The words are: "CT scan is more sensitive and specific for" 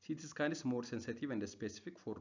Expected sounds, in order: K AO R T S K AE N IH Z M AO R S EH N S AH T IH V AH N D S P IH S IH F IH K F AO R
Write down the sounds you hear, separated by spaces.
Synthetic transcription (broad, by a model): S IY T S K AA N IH S M AO R S EH N S AH T IH V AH N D S P IH S IH F IH K F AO R